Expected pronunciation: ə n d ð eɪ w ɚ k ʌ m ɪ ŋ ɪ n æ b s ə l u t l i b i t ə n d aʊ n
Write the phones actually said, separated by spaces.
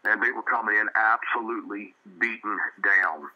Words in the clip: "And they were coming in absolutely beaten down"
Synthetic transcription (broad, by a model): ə n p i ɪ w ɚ k ʌ m ɪ ŋ ɪ n æ b s ə l u t l i b i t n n d aʊ n